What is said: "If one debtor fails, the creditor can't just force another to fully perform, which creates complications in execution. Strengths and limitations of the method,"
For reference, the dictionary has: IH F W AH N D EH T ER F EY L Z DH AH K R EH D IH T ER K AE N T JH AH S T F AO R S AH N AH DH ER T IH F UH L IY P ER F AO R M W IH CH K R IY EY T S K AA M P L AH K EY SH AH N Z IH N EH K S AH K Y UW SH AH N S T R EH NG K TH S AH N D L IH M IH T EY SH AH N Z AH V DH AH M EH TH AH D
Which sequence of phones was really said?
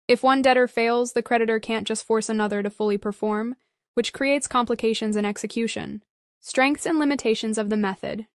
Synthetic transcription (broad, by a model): IH F W AH N D EH T ER F EY L Z DH AH K R EH D IH T ER K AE N JH AH S T F AO R S AH N AH DH ER T IH F UH L IY P ER F AO R M W IH CH K R IY EY T S K AA M P L AH K EY SH AH N Z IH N EH K S AH K Y UW SH AH N S T R EH NG K TH S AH N L IH M IH T EY SH AH N Z AH V DH AH M EH TH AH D